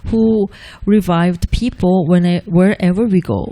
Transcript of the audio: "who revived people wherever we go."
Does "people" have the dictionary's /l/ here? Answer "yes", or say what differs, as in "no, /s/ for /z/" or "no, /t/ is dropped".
no, /n/ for /l/